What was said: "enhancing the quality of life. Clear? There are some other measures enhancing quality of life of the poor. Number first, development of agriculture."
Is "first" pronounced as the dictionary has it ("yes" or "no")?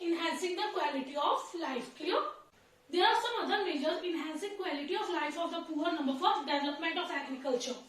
no